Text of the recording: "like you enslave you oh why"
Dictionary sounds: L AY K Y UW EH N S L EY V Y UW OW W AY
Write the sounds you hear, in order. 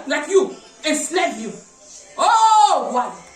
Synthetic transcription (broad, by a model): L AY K Y UW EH S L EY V Y UW OW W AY